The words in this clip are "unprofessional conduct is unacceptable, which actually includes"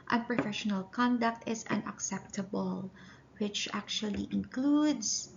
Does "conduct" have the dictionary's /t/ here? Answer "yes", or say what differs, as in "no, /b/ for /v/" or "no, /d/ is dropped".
yes